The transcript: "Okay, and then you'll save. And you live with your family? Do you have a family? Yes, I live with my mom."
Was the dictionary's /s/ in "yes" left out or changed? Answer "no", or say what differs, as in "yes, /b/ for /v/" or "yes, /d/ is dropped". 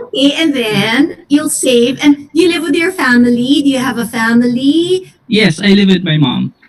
no